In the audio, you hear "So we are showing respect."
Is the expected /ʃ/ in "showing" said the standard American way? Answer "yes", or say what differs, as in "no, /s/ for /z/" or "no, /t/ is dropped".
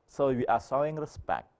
no, /s/ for /ʃ/